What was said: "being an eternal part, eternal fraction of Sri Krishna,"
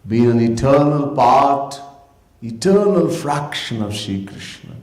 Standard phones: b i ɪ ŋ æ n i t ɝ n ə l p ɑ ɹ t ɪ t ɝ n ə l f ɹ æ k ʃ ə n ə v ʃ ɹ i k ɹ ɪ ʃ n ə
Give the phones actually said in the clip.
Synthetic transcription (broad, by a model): b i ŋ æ n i t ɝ n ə l p ɑ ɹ t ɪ t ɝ n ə l f ɹ æ k ʃ ə n ə v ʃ i k ɹ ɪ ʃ n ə